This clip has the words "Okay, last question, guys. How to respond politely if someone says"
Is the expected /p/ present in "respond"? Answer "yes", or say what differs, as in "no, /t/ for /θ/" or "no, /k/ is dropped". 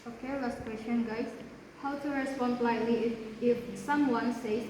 yes